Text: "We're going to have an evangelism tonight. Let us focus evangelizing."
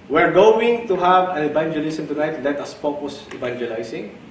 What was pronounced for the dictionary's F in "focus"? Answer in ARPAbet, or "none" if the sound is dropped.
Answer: P